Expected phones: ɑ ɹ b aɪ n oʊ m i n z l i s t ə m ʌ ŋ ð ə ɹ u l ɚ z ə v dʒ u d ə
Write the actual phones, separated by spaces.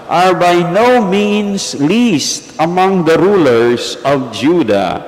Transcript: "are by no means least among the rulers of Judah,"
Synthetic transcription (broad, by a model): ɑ ɹ b aɪ n oʊ m i n s l i s t ə m ʌ ŋ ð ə ɹ u l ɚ s ə v dʒ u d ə